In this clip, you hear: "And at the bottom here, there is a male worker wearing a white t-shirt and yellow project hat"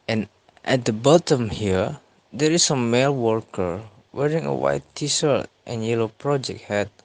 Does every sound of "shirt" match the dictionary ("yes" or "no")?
no